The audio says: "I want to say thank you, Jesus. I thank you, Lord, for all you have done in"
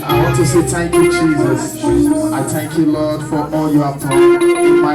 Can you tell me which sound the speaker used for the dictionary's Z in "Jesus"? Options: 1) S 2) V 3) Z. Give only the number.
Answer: 3